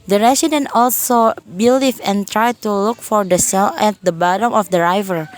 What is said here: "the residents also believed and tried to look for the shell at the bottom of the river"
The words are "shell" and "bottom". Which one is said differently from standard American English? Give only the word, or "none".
shell